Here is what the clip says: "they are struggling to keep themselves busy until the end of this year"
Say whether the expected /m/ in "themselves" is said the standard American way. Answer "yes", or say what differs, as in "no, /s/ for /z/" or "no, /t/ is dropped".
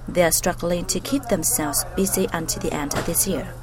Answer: yes